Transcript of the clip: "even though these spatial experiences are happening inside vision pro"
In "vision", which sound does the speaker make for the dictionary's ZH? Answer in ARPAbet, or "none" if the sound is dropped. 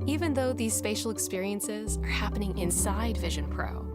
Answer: ZH